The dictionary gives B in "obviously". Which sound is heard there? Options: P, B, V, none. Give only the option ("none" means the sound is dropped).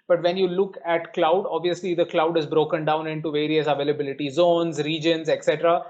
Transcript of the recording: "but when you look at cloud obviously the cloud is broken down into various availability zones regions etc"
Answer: B